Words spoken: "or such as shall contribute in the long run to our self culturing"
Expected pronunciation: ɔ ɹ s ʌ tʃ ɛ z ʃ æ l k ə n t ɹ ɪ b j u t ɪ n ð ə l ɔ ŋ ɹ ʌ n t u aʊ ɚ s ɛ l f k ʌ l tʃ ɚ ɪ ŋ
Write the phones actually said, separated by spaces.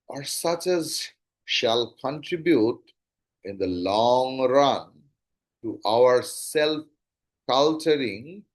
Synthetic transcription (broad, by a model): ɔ ɹ s ʌ tʃ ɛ z ʃ æ l k ə n t ɹ ɪ b j u t ɪ n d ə l ɔ ŋ ɹ ʌ n t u aʊ ɚ s ɛ l f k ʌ l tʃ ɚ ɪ ŋ